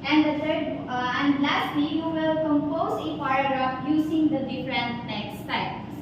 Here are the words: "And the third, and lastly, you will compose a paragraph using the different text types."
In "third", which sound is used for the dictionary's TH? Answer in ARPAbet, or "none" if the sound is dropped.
T